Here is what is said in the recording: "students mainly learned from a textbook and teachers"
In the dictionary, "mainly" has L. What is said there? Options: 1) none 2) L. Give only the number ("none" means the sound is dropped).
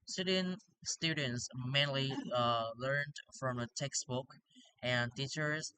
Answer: 2